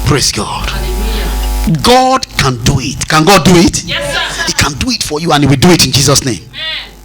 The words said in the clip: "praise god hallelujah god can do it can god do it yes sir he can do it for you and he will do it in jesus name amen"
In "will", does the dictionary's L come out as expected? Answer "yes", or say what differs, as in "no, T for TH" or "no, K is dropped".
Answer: yes